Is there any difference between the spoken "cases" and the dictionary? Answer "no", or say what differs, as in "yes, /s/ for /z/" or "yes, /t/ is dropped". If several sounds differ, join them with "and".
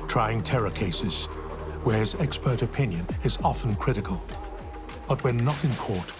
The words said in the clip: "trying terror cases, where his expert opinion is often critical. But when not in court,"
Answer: no